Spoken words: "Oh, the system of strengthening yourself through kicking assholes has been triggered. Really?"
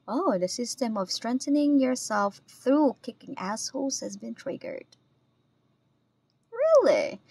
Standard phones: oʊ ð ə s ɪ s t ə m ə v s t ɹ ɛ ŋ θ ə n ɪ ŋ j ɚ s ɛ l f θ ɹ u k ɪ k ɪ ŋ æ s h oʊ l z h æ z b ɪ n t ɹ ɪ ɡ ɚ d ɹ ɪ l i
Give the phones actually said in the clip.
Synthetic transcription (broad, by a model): oʊ ð ə s ɪ s t ə m ə v s t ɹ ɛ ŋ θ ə n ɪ ŋ j ɚ s ɛ l f θ ɹ u k ɪ k ɪ ŋ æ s h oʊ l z h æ z b ɪ n t ɹ ɪ ɡ ɚ d ɹ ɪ l i